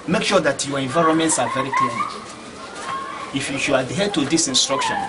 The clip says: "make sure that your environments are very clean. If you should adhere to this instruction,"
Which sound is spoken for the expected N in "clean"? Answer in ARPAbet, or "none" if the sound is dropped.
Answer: L